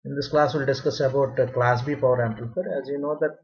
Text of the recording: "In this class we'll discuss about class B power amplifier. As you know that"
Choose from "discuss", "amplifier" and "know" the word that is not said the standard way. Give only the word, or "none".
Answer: amplifier